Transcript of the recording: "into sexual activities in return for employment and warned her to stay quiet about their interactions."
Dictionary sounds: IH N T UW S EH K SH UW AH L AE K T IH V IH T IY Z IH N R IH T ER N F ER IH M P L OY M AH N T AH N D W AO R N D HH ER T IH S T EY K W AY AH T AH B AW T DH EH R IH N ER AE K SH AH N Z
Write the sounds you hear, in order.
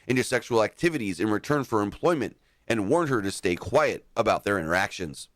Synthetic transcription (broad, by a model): IH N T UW S EH K SH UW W L AE K T IH V IH T IY Z IH N R IH T ER N F ER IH M P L OY M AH N T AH N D W AO R N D HH ER T IH S T EY K W AY AH T AH B AW T DH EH R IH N ER AE K SH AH N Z